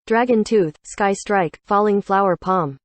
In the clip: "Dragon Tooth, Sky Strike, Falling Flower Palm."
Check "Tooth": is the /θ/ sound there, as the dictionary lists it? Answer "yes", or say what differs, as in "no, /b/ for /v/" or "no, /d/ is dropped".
yes